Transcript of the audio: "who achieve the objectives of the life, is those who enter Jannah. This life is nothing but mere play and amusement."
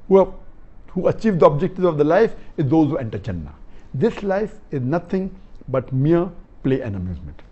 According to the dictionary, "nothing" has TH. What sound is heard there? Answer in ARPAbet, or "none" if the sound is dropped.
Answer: T